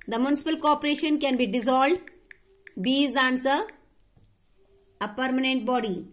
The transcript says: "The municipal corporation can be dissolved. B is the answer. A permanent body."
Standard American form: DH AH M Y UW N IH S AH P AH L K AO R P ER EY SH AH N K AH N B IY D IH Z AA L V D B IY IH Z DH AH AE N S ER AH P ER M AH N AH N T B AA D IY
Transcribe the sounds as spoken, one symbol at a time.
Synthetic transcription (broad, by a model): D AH M Y UW N IH S AH P AH L K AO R P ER EY SH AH N K AH N B IY D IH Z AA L D B IY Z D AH N S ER AH P ER M AH N AH N T B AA D IY